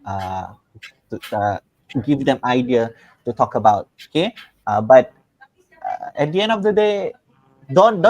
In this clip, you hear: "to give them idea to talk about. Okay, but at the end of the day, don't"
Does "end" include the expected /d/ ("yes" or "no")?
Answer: yes